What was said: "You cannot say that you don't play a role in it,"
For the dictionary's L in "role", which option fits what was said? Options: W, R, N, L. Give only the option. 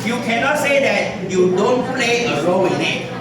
W